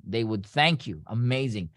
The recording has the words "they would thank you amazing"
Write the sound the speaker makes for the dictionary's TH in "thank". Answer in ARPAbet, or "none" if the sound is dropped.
TH